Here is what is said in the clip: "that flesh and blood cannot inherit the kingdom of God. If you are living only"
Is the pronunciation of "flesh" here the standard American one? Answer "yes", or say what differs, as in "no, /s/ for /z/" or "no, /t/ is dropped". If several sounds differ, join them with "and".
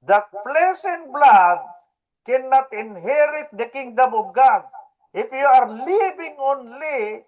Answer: no, /p/ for /f/ and /s/ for /ʃ/